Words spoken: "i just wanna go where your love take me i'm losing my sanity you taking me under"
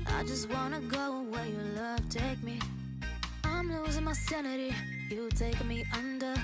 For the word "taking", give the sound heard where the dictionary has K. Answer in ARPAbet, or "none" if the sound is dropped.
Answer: none